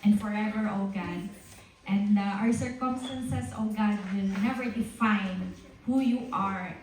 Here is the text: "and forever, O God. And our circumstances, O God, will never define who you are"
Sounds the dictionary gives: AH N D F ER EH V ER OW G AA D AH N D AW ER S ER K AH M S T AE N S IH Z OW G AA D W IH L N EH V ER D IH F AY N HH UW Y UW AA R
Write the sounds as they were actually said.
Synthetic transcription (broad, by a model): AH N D F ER EH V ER OW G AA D AH N D AW ER S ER K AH M S T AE N S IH S OW G AA D W IH L N EH V ER D IH F AY N HH UW Y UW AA R